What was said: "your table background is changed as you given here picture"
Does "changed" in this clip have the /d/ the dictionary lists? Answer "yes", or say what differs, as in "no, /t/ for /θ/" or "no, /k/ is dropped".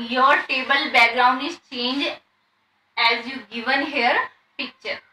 no, /d/ is dropped